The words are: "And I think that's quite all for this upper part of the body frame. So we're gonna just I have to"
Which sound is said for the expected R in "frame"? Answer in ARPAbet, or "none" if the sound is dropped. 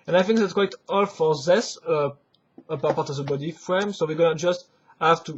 R